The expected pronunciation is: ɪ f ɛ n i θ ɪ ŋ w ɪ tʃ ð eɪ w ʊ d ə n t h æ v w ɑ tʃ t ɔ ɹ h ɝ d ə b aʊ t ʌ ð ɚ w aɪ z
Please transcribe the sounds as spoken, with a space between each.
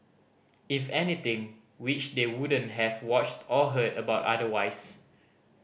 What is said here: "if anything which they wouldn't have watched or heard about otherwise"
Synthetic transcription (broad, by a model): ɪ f ɛ n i t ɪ ŋ w ɪ tʃ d eɪ w ʊ d ə n t h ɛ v w ɑ tʃ t ɔ l h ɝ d ə b aʊ t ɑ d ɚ w aɪ s